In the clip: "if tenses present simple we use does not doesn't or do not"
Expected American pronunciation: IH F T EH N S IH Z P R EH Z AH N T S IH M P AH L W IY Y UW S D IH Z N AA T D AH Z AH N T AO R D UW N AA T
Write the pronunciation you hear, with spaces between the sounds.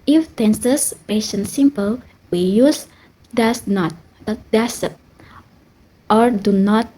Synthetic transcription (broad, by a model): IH F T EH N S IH S P EH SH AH N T S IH M P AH L W IY Y UW S D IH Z N AA T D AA S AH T T AO R D UW N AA T